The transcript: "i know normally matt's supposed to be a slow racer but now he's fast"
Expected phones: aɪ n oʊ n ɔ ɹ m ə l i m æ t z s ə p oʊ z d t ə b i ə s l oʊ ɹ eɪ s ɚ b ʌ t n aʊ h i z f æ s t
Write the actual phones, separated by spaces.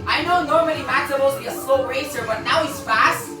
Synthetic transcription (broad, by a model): aɪ n oʊ n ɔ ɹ m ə n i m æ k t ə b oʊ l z b i ə s l oʊ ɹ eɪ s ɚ b ʌ t n aʊ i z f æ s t